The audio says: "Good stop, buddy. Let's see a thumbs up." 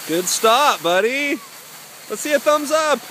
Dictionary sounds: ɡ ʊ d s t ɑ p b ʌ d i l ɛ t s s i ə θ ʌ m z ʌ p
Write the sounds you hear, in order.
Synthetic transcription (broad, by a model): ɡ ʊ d s t ɑ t b ʌ d i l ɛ t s s i ə θ ʌ m z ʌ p